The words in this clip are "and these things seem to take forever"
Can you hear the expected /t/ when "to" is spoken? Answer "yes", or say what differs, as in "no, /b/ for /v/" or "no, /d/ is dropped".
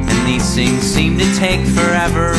yes